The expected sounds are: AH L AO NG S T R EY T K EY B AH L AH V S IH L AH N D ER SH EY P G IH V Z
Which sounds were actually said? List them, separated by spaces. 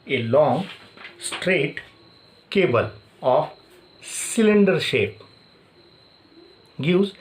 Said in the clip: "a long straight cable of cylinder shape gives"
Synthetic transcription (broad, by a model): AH L AO NG S T R EY T K EY B AH L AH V S IH L AH N D ER SH EY P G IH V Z